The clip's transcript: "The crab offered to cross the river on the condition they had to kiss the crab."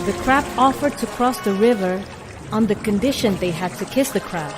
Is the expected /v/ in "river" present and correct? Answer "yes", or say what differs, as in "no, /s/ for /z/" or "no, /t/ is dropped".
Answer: yes